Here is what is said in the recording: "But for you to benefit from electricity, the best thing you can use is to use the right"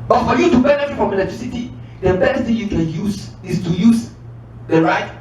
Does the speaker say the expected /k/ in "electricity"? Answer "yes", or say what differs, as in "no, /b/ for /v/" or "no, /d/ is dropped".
no, /k/ is dropped